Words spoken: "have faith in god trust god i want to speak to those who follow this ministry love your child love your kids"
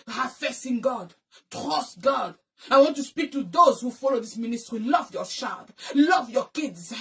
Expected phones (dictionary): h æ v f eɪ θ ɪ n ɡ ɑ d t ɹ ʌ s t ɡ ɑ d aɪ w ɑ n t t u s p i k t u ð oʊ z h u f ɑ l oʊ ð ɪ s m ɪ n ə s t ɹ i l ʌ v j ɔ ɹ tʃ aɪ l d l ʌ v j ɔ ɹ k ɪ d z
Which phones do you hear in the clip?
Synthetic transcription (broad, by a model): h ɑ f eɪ s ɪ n ɡ ɑ d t ɹ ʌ s t ɡ ɑ d aɪ w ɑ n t t u s p i k t u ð oʊ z h u f ɑ l oʊ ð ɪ s m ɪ n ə s t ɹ i l ʌ v j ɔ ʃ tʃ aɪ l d l ʌ v j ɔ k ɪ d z